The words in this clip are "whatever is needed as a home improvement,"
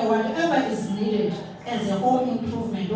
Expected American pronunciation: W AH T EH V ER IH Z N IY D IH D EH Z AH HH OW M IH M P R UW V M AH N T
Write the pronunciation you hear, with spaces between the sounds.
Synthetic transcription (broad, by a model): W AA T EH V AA IH Z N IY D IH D EH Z AH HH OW IH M P R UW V M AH N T